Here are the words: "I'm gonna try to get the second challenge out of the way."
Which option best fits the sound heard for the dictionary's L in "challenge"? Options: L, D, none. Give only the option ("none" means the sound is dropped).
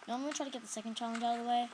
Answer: L